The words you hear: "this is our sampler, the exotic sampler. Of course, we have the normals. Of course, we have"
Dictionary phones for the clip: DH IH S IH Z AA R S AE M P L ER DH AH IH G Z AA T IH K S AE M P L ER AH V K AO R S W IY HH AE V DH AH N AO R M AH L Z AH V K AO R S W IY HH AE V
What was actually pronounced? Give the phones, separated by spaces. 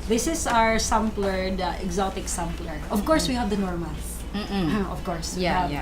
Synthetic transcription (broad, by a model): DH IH S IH S AA R S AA M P L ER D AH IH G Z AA T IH K S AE M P L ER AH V K AO R S W IY HH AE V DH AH N AO R M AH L AH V K AO R S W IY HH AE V